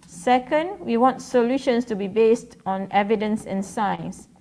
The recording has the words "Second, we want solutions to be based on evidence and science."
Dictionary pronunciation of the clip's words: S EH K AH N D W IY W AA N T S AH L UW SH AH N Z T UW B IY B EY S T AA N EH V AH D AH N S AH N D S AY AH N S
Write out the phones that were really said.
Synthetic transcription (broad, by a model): S EH K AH N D W IY W AA N T S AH L UW SH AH N S T UW B IY B EY S T AA N EH V AH D AH N S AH N S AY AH N S